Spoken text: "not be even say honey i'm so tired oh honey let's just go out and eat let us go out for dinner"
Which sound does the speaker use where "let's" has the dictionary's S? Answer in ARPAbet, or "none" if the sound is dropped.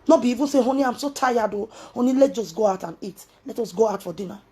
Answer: none